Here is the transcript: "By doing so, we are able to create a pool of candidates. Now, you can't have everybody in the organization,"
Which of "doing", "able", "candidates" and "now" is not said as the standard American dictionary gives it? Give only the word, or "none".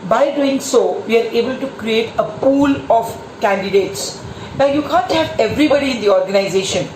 none